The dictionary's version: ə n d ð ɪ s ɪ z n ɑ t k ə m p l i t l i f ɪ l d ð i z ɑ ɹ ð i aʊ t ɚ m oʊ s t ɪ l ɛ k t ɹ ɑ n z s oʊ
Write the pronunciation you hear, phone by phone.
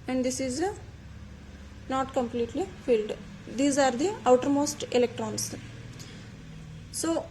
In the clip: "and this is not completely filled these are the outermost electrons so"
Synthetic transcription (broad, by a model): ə n d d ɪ s ɪ z n ɑ t k ə m p l i t l i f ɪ l d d i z ɑ ɹ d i aʊ t ɚ m oʊ s t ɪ l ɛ k t ɹ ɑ n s s oʊ